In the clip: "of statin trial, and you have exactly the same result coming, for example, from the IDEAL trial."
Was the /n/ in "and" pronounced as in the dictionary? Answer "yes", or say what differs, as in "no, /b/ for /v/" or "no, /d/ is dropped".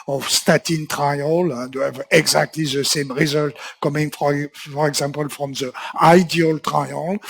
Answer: no, /l/ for /n/